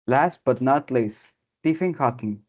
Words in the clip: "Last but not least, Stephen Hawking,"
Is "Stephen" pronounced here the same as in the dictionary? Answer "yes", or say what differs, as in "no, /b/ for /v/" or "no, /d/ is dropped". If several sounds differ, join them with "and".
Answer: no, /f/ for /v/